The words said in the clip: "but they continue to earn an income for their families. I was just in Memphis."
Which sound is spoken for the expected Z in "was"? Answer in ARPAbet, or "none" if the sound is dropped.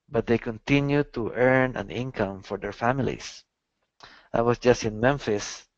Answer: S